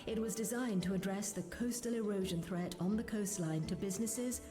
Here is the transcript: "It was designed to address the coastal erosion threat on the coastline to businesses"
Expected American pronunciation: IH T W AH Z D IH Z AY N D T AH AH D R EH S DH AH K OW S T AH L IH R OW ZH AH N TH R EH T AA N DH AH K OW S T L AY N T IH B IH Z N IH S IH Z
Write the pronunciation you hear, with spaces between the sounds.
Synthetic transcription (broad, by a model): IH T W AH Z D IH Z AY N T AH AH D R EH S DH AH K OW S T AH L IH R OW ZH AH N TH R EH T N DH AH K OW S T L AY N T IH B IH Z N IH S IH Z